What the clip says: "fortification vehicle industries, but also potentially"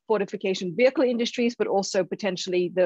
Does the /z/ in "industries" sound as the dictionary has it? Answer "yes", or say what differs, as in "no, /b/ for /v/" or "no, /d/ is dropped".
yes